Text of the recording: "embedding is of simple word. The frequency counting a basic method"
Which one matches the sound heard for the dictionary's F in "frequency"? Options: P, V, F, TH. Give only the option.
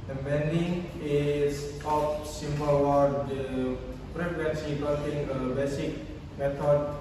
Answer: P